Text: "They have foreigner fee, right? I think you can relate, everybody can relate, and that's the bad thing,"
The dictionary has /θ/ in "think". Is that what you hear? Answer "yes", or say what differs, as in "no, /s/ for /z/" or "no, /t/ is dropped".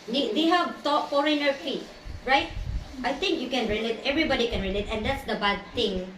no, /t/ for /θ/